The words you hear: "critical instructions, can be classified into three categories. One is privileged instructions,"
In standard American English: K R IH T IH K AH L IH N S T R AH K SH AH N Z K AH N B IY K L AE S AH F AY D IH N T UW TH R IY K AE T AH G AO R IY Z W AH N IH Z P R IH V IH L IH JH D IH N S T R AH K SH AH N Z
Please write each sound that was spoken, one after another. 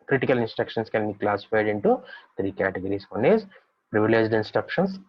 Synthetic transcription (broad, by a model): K R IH T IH K AH L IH N S T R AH K SH AH N S K AH N B IY K L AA S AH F AY D IH N T UW T R IY K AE T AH G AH R IY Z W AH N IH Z P R IH V IH L IH JH D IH N S T R AH K SH AH N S